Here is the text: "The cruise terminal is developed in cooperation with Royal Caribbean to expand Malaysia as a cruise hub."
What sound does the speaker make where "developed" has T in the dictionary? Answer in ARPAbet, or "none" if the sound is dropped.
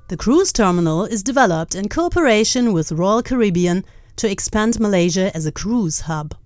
T